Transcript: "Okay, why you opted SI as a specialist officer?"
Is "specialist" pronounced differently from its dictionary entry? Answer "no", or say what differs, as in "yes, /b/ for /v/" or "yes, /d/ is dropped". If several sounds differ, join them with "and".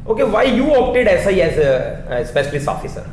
yes, /t/ is dropped